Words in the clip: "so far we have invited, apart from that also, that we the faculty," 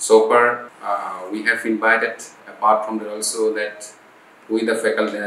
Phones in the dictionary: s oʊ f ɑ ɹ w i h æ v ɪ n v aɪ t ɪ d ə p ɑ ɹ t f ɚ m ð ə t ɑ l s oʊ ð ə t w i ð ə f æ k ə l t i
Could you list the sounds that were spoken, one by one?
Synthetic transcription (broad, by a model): s oʊ f ɑ ɹ w i h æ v ɪ n v aɪ t ɪ d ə b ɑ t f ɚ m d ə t ɑ l s oʊ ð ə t w i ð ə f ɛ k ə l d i